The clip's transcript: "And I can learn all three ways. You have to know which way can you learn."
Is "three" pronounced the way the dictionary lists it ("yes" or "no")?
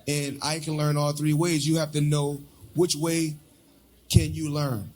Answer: yes